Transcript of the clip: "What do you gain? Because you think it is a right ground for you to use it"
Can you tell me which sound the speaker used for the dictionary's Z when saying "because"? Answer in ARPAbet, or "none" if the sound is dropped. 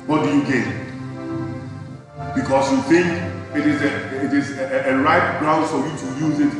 S